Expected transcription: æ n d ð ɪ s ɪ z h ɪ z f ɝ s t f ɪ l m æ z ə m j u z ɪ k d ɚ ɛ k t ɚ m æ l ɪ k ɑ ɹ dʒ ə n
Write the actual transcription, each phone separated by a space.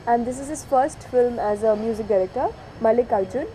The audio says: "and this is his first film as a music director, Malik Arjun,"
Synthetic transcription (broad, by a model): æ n d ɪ s ɪ z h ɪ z f ɝ s t f ɪ l m æ z ə m j u z ɪ k d ɚ ɛ k t ɚ m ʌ l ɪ k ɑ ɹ dʒ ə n